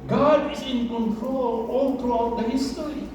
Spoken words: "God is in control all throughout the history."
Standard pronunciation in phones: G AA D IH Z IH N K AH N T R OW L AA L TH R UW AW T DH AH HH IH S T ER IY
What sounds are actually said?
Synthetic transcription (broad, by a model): G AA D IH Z IH N K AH N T R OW L AA L T R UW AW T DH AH HH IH S T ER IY